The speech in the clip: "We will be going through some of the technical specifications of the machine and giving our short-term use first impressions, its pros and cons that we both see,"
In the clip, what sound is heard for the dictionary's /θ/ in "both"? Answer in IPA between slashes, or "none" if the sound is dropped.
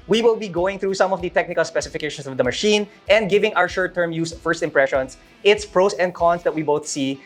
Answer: /θ/